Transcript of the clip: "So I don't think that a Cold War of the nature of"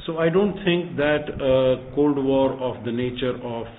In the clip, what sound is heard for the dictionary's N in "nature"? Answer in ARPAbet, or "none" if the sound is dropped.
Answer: N